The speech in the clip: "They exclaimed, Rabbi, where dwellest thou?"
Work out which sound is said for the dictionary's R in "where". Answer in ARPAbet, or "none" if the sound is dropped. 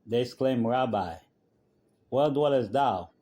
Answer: L